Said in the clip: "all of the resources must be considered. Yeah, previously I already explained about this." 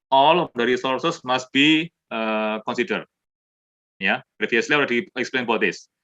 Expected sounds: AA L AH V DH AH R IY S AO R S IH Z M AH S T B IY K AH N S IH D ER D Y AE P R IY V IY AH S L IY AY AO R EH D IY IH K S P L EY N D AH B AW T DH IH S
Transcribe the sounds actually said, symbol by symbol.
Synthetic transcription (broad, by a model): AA L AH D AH R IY S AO R S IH S M AH S T B IY K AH N S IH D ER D Y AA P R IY F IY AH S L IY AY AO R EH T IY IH K S P L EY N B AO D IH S